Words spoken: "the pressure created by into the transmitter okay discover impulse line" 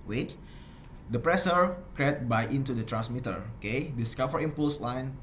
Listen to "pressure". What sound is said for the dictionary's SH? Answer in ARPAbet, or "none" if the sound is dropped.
S